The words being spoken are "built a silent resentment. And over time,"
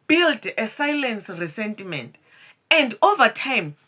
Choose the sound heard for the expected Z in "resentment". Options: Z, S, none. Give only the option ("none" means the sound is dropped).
S